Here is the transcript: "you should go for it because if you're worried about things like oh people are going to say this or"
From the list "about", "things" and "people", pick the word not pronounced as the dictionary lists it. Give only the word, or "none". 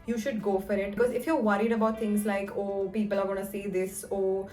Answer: things